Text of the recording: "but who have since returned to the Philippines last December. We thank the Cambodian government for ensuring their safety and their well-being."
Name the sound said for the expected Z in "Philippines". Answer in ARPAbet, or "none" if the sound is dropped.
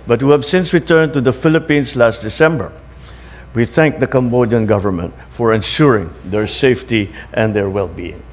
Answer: S